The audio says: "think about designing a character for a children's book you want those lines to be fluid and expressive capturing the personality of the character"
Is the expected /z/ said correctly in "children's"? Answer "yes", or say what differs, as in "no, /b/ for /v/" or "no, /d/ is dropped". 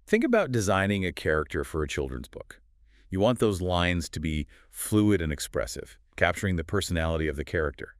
yes